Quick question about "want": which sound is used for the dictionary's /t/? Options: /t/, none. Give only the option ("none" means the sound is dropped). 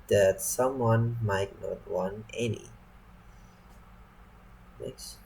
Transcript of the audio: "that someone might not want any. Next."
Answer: none